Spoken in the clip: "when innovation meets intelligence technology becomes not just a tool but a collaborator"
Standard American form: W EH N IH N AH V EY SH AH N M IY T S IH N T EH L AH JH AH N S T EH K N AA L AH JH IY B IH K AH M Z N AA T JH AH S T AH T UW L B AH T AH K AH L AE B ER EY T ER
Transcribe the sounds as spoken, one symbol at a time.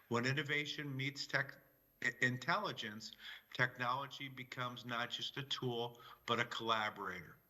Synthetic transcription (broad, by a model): W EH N IH N AH V EY SH AH N M IY T S IH N T EH L AH JH AH N S T EH K N AA L AH JH IY B IH K AH M Z N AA T JH AH S T AH T UW L B AH T AH K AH L AE B ER EY T ER